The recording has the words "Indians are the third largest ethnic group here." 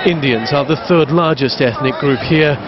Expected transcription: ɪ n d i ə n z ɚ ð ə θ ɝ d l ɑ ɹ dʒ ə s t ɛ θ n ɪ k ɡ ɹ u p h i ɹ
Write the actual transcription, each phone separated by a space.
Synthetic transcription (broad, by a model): ɪ n d i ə n z ɚ ð ə θ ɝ d l ɑ ɹ dʒ ə s t ɛ θ n ɪ k ɡ ɹ u p h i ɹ